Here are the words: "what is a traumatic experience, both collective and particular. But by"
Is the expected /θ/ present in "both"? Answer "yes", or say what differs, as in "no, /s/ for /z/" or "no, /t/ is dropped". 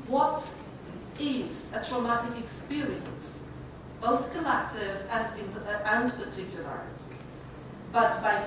yes